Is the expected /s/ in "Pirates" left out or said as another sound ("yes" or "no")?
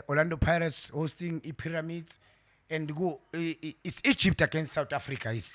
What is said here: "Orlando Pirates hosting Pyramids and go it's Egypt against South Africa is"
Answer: no